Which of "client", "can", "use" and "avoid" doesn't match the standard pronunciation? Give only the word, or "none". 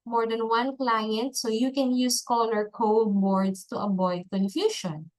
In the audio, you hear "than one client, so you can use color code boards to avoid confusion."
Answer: avoid